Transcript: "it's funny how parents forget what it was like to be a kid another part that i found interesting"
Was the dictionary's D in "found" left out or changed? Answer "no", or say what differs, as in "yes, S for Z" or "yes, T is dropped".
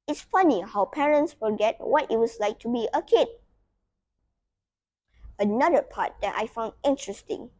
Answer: no